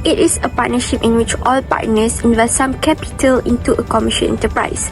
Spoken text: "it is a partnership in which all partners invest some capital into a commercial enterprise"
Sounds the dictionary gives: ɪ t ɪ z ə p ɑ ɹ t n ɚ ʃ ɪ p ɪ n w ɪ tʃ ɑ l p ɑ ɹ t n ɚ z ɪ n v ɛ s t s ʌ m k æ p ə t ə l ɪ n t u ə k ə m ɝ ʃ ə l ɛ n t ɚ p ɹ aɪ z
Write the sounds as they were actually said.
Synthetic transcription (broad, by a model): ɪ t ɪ s ə p ɑ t n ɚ ʃ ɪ p ɪ n w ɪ tʃ ɑ l p ɑ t n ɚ s ɪ n v ɛ s t s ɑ m k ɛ p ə t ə l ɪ n t u ə k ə m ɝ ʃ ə n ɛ n t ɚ p ɹ aɪ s